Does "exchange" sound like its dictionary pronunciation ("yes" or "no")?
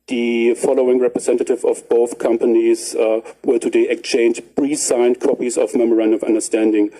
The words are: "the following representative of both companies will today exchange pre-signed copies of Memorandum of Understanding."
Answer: no